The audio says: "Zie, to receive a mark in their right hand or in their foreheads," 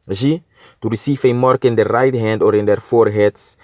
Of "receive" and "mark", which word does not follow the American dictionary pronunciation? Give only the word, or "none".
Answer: receive